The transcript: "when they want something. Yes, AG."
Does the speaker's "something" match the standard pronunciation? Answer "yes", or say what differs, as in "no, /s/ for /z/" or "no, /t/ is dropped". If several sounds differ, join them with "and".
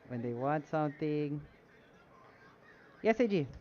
yes